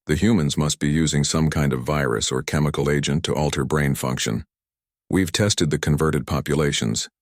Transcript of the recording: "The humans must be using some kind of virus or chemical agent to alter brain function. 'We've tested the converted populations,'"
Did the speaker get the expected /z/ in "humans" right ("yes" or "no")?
yes